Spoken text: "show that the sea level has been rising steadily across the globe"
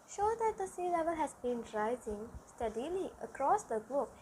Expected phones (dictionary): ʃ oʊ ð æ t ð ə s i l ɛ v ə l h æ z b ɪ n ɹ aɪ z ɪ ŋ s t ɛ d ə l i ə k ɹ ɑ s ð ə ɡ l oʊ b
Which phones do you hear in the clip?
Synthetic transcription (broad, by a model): ʃ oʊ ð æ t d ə s i l ɛ v ə l h æ z b ɪ n ɹ aɪ z ɪ ŋ s t ɛ d ə l i ə k ɹ ɑ s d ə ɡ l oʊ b